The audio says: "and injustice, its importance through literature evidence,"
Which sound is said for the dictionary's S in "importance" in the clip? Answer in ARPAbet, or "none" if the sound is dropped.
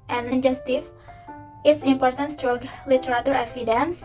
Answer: S